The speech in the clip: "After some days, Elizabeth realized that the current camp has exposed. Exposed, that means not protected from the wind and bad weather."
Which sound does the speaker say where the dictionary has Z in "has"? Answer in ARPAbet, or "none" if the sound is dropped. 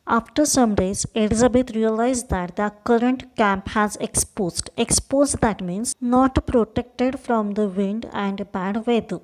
Z